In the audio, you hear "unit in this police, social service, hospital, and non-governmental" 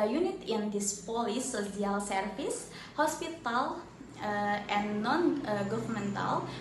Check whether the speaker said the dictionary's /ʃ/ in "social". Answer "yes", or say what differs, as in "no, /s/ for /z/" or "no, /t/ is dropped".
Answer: no, /ʃ/ is dropped